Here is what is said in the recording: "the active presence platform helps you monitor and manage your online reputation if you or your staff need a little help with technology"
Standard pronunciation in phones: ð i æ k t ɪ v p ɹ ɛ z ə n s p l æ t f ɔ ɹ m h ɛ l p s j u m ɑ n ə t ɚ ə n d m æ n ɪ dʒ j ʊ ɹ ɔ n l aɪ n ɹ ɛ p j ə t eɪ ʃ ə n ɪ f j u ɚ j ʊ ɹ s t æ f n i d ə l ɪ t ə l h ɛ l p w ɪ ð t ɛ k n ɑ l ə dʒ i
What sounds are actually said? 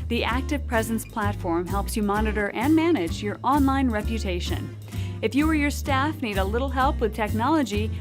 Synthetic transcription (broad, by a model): ð i æ k t ɪ v p ɹ ɛ z ə n s p l æ t f ɔ ɹ m h ɛ l p s j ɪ m ɑ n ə t ɚ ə n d m æ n ɪ dʒ j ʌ ɹ ɔ n l aɪ n ɹ ɛ p j ə t eɪ ʃ ə n ɪ f j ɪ ɚ j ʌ ɹ s t æ f n i d ə l ɪ t l h ɛ l p w ɪ ð t ɛ k n ɑ l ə dʒ i